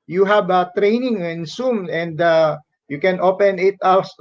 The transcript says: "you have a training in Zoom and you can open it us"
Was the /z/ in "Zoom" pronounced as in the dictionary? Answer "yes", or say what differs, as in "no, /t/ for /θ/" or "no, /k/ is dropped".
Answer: no, /s/ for /z/